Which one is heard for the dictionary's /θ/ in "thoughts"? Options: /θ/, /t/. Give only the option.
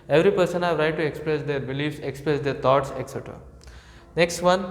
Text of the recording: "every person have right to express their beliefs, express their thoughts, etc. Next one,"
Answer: /t/